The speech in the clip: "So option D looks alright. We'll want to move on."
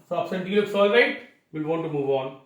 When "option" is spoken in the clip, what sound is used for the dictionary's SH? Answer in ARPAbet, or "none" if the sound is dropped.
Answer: S